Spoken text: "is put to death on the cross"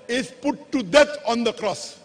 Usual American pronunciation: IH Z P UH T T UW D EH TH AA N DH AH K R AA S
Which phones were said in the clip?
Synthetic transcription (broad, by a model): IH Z P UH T T UW D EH T AA N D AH K R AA S